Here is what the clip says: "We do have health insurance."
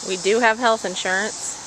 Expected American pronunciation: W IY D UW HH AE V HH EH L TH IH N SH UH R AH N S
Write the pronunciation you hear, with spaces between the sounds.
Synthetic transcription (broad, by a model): W IY D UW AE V HH EH L TH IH N SH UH R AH N S